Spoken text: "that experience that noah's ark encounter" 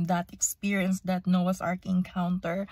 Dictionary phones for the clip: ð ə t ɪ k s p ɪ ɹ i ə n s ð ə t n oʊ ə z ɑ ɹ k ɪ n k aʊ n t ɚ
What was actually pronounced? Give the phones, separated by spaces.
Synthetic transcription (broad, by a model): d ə t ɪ k s p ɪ ɹ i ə n s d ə t n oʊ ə s ɑ ɹ k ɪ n k aʊ n t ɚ